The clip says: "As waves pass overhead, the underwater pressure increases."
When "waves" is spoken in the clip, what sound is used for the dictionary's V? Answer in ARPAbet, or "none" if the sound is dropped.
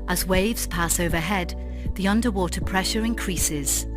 V